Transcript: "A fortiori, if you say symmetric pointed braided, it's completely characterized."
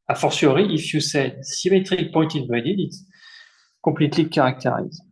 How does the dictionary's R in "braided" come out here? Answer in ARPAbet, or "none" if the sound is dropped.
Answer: none